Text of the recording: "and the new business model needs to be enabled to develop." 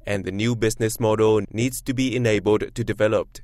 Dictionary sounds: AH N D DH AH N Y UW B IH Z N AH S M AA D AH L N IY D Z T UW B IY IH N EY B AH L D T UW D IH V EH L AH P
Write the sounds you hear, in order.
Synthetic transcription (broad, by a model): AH N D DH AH N Y UW B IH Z N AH S M AA D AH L N IY D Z T UW B IY IH N EY B AH L D T UW D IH V EH L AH P